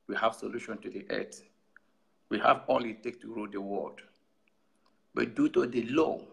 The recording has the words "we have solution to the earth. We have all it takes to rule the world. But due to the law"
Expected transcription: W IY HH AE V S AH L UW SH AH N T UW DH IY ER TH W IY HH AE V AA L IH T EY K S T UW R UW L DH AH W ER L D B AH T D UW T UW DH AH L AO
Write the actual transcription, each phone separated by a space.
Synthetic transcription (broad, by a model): W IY HH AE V S AH L UW SH AH N T UW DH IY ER T W IY HH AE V AA L IH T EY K T UW R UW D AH W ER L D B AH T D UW T UW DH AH L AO